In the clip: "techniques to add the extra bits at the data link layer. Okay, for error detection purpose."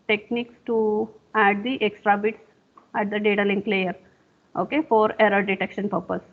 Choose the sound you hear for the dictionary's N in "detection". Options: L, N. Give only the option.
N